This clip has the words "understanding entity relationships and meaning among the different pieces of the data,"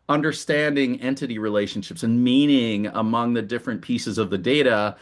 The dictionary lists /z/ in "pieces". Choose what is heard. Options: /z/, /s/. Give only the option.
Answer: /z/